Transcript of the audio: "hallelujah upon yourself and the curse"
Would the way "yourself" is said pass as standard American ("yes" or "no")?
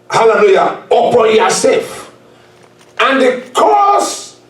no